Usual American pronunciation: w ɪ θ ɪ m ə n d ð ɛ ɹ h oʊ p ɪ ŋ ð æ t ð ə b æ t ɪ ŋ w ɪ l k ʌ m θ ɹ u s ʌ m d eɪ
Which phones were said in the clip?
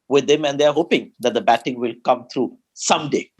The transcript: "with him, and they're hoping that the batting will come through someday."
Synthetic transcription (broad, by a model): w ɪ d ɪ m ə n d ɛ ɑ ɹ h oʊ p ɪ ŋ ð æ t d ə b æ t ɪ ŋ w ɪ l k ʌ m t ɹ u s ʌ m d eɪ